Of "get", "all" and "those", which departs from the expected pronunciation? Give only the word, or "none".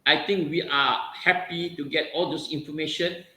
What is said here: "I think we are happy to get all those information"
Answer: those